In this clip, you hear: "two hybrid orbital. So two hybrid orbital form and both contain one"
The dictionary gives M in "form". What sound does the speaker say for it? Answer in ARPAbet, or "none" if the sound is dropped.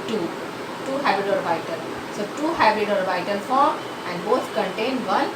none